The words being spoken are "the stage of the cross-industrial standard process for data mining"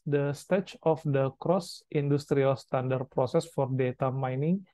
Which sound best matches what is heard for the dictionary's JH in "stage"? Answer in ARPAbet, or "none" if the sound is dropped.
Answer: CH